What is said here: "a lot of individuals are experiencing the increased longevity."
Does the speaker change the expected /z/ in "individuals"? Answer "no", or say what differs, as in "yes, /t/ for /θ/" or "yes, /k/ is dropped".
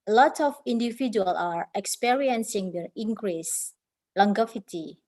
yes, /z/ is dropped